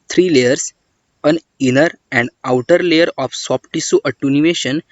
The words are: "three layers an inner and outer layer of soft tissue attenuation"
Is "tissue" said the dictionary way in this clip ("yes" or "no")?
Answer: no